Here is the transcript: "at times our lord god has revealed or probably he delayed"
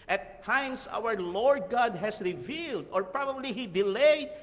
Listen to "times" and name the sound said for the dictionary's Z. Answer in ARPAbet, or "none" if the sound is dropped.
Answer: S